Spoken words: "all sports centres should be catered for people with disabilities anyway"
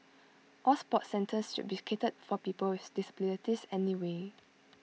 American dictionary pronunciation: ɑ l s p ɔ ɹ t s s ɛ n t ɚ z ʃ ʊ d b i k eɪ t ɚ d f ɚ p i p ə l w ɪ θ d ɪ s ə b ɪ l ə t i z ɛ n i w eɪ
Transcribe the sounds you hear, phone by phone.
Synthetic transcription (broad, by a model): ɑ l s p ɔ t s s ɛ n t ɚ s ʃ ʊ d b i k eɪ t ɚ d f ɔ p i p ə l w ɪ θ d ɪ s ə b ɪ n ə t i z ɛ n i w eɪ